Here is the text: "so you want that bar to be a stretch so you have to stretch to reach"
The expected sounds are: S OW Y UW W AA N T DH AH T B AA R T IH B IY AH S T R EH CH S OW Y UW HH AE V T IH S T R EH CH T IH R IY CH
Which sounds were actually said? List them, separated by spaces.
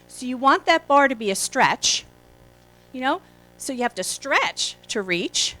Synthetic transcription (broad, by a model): S OW Y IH W AA N DH AH T B AA R T IH B IY AH S T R EH CH S OW Y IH HH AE F T IH S T R EH CH T IH R IY CH